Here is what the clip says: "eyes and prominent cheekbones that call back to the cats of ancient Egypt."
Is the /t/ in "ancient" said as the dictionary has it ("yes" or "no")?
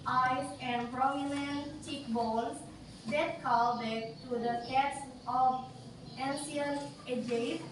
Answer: no